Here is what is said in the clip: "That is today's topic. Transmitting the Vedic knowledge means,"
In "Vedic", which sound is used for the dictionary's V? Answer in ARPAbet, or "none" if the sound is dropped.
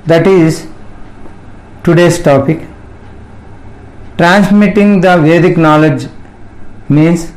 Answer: V